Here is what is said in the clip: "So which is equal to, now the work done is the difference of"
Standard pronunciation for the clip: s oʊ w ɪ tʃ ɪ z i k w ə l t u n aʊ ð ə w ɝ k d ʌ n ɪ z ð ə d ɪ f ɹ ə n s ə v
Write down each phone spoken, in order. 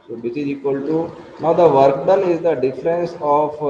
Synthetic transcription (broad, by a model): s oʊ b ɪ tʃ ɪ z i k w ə l t u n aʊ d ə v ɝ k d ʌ l ɪ z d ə d ɪ f ɹ ə n s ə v